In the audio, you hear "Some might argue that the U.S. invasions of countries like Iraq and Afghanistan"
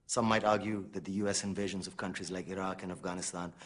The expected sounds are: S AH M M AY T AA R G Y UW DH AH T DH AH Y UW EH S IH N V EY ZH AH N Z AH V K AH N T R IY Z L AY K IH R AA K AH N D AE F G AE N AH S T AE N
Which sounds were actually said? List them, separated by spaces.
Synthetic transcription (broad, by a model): S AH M M AY T AA R G Y UW DH AH T DH AH Y UW EH S IH N V EY ZH AH N Z AH V K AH N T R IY Z L AY K IH R AA K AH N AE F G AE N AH S T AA N